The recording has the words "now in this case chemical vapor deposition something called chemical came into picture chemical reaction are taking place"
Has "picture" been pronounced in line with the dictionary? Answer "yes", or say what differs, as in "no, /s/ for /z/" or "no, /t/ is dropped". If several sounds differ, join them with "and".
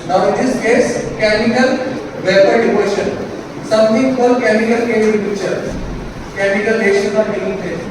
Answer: no, /k/ is dropped